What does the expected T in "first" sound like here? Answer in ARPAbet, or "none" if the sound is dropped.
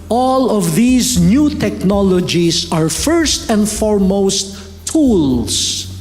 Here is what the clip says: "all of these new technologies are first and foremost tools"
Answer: T